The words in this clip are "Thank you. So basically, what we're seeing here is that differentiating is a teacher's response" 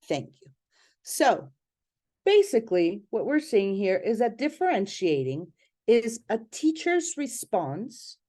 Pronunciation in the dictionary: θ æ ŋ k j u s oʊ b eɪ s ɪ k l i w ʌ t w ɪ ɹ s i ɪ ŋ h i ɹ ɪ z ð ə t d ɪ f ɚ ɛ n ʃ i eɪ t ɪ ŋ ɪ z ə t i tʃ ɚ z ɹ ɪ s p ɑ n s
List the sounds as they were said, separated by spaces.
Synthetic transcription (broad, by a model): θ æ ŋ k j u s oʊ b eɪ s ɪ k l i w ʌ t w ɪ ɹ s i ɪ ŋ h i ɹ ɪ z ð ə t d ɪ f ɚ ɛ n ʃ i eɪ t ɪ ŋ ɪ z ə t i tʃ ɚ z ɹ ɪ s p ɑ n s